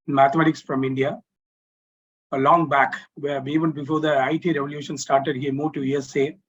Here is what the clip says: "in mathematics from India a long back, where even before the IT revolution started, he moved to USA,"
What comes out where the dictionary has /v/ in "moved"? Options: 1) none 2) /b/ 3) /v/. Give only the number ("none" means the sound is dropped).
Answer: 1